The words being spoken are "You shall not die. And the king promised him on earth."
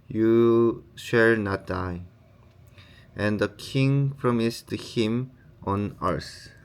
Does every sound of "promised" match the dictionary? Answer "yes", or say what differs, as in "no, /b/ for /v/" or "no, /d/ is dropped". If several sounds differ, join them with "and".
yes